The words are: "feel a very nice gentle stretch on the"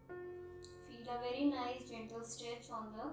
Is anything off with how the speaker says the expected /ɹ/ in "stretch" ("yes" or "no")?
yes